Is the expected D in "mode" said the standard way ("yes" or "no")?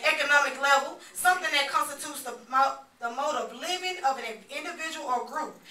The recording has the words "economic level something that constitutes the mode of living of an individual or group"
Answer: yes